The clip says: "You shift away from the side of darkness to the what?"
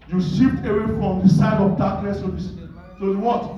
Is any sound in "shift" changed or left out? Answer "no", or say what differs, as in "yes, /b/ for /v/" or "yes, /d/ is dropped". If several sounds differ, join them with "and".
yes, /p/ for /f/